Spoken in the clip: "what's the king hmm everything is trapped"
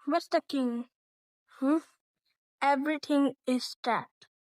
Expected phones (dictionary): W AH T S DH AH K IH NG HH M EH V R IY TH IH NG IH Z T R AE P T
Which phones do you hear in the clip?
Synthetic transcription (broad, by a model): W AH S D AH K IH NG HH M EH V R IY T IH NG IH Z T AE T